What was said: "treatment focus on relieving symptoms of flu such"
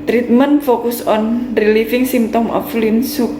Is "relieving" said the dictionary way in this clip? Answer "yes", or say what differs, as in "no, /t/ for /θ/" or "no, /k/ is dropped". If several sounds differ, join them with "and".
no, /f/ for /v/